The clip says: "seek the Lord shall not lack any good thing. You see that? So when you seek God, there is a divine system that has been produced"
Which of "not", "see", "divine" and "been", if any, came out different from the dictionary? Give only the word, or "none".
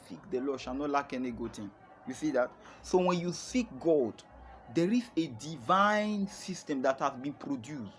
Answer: none